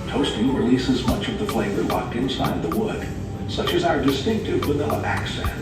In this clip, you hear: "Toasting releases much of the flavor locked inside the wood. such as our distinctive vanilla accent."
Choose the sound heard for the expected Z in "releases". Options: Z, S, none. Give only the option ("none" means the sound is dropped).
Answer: Z